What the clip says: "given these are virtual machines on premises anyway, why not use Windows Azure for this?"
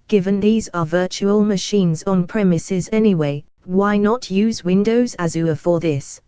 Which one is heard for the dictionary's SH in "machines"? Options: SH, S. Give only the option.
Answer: SH